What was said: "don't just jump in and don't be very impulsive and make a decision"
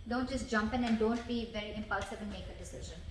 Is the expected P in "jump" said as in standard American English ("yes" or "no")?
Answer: yes